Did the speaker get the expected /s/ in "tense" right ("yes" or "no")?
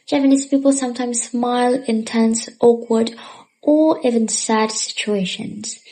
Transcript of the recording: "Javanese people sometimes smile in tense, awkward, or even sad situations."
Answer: yes